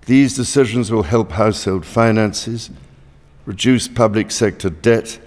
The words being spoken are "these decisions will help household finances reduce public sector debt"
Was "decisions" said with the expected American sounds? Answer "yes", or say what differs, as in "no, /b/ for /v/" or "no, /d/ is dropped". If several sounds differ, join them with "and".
yes